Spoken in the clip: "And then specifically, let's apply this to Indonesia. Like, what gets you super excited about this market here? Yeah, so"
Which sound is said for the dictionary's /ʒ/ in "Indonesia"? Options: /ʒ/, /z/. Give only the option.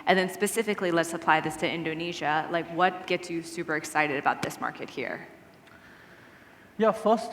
/ʒ/